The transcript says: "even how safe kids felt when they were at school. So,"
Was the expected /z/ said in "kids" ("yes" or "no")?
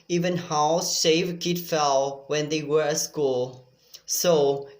no